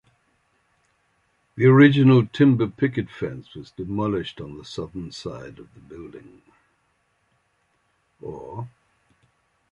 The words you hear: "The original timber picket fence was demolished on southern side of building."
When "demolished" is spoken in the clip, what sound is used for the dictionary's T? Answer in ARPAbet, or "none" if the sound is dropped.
T